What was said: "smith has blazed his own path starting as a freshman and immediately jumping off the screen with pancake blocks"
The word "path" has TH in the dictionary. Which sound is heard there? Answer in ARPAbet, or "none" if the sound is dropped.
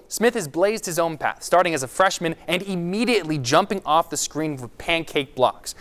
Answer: TH